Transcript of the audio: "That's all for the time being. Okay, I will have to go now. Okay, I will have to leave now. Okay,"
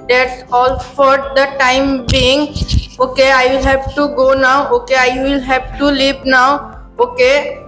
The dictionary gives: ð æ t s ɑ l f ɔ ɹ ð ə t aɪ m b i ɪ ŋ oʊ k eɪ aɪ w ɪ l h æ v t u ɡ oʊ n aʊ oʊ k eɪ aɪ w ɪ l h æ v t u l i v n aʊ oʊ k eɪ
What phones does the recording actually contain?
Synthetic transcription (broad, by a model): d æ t s ɑ l f ɔ ɹ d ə t aɪ m b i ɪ ŋ oʊ k eɪ aɪ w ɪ l h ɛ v t u ɡ oʊ n aʊ oʊ k eɪ aɪ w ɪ l h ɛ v t u l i p n aʊ oʊ k eɪ